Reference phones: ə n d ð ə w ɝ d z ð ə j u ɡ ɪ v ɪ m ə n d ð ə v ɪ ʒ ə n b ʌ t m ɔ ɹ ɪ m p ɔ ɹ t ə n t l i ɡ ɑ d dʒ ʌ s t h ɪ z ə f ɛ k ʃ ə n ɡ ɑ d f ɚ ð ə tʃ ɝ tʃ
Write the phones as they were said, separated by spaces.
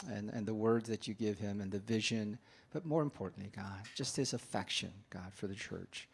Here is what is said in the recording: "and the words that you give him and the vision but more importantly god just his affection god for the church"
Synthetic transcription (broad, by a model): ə n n ð ə w ɝ d z ð ə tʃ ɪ ɡ ɪ v ɪ m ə n ð ə v ɪ ʒ ə n b ʌ t m ɔ ɹ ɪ m p ɔ ɹ t n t l i ɡ ɑ d dʒ ʌ s t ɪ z ə f ɛ k ʃ ə n ɡ ɑ d f ɚ ð ə tʃ ɝ tʃ